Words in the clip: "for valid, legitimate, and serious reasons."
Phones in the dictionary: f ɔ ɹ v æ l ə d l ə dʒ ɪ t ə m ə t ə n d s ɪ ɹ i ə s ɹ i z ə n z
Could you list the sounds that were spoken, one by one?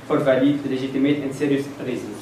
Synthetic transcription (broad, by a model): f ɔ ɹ v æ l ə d l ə ʒ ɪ t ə m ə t ə n d s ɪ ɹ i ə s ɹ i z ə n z